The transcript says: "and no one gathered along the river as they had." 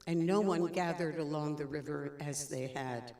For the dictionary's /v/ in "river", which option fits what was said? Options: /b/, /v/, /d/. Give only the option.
/v/